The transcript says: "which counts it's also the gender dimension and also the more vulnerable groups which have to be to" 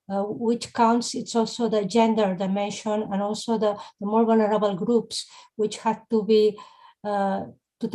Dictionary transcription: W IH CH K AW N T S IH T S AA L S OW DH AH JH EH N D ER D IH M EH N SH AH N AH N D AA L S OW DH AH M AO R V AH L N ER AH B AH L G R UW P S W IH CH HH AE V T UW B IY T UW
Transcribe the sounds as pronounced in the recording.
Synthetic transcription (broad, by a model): W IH CH K AW N T S IH T S AA L S OW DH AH JH EH N D ER D IH M EH N SH AH N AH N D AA L S OW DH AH M AO R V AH L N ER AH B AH L G R UW P S W IH CH HH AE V T UW B IY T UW